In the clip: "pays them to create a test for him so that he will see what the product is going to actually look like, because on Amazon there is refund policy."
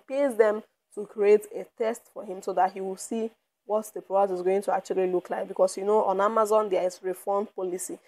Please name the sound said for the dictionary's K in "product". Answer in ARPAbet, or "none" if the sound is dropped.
none